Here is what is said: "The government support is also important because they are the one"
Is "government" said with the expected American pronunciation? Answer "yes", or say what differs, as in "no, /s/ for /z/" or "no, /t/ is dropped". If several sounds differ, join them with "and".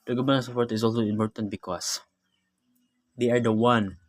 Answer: no, /m/ is dropped